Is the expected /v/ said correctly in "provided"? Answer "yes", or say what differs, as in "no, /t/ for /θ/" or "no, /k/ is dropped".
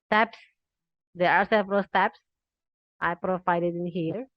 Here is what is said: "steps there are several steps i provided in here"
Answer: no, /f/ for /v/